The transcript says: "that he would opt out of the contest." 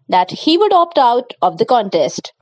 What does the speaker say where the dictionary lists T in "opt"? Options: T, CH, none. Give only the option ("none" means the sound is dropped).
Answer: T